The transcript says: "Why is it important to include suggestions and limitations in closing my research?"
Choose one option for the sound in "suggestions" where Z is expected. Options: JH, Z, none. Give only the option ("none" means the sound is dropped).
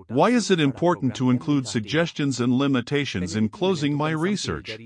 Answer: Z